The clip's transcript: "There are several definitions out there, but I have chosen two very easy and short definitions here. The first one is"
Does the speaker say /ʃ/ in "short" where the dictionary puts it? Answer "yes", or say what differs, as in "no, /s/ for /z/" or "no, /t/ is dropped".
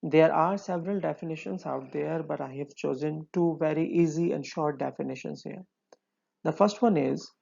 yes